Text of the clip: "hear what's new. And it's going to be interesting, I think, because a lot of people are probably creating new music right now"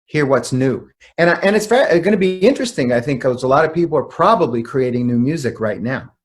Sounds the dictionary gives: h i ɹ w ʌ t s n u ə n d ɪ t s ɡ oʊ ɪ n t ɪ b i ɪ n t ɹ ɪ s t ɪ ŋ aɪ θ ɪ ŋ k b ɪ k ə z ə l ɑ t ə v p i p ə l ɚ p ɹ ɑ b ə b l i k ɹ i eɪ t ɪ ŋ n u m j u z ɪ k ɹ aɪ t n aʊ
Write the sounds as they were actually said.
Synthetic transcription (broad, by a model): h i ɹ w ʌ t s n u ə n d ɪ t s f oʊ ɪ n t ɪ b i ɪ n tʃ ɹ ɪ s t ɪ ŋ aɪ θ ɪ ŋ k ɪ ə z ə l ɑ t ə v p i p l ɚ p ɹ ɑ b ə b l i k ɹ i eɪ t ɪ ŋ n u m j u z ɪ k ɹ aɪ t n aʊ